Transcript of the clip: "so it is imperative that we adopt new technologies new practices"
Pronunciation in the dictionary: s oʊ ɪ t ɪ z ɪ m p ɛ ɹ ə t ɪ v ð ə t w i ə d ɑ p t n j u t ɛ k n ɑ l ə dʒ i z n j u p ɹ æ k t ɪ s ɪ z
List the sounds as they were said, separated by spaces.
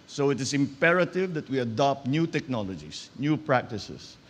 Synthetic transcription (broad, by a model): s oʊ ɪ t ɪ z ɪ m p ɛ ɹ ə t ɪ v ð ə t w i ə d ɑ p t n j u t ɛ k n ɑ l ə dʒ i s n j u p ɹ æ k t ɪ s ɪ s